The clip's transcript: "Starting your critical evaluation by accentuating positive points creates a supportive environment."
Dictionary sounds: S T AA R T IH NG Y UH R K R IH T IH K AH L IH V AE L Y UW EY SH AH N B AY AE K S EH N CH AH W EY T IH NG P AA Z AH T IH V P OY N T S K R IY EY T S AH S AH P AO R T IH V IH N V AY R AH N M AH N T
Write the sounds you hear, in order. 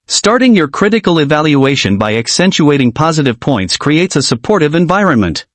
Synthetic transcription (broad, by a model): S T AA R T IH NG Y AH R K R IH T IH K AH L IH V AE L Y UW EY SH AH N B AY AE K S EH N CH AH EY T IH NG P AA Z AH T IH V P OY N T S K R IY EY T S AH S AH P AO R T IH V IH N V AY R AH N M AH N T